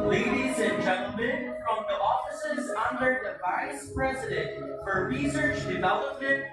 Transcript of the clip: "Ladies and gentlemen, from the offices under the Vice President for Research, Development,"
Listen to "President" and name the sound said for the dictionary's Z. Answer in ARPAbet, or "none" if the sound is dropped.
Z